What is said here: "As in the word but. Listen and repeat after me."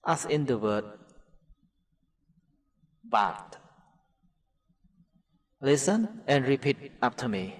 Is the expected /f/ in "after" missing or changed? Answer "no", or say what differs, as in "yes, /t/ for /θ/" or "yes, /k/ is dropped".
yes, /p/ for /f/